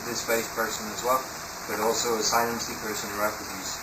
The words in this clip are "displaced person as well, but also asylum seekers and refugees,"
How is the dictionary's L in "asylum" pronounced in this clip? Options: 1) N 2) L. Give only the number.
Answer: 1